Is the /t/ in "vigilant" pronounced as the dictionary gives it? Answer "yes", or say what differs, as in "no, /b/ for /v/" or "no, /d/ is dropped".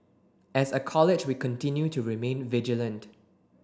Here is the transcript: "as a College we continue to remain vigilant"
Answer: yes